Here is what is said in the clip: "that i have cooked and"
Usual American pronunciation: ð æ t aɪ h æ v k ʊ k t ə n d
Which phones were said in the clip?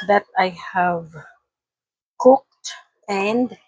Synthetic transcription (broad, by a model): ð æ t aɪ h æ v k ʊ k t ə n d